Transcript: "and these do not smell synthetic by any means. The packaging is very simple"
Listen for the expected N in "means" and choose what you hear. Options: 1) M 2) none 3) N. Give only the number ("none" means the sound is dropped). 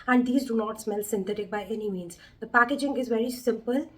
3